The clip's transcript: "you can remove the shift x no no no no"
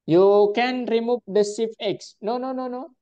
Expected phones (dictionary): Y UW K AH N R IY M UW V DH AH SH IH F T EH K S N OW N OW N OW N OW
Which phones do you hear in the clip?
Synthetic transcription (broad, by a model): Y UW K AH N R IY M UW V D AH S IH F EH K S N OW N OW N OW N OW